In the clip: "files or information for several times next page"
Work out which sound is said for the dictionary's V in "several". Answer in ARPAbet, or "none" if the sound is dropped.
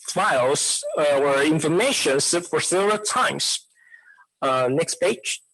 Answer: none